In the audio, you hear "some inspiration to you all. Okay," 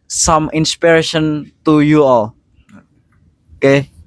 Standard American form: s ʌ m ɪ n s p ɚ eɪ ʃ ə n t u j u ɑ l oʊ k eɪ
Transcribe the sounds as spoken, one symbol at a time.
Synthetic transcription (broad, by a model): s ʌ m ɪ n s p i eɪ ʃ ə n t u j u ɑ l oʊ k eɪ